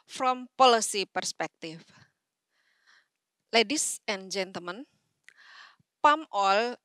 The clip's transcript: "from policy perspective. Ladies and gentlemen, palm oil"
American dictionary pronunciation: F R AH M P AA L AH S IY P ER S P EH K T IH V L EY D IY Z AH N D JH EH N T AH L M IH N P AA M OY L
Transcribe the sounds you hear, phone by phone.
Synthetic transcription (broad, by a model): F R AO M P AA L AH S IY P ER S P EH K T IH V L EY D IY S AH N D JH EH N T AH L M IH N P AA M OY L